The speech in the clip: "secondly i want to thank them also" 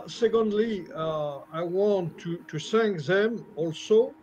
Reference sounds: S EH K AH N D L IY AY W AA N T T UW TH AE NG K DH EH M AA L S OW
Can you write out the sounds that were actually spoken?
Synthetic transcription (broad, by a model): S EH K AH N D L IY AY W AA N T T UW S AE NG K DH EH M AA L S OW